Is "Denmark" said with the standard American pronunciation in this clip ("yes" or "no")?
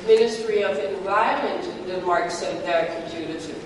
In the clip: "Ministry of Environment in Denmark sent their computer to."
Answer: no